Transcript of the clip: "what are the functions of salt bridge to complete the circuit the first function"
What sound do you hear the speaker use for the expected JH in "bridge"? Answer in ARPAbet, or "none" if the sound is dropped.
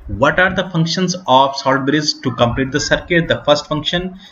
Z